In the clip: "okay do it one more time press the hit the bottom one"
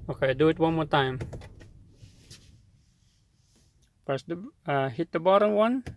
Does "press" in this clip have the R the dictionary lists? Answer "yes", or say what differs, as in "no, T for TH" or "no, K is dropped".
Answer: no, R is dropped